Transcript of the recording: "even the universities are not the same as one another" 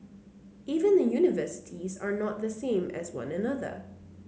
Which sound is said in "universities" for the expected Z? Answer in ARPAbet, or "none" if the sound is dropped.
Z